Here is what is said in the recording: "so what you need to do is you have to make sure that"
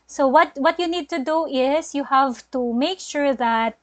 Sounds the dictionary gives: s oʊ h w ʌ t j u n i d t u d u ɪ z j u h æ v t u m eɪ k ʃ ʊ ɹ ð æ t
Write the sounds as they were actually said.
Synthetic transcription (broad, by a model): s oʊ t w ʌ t j u n i d t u d u ɪ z j u h æ v t u m eɪ k ʃ ʊ ɹ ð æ t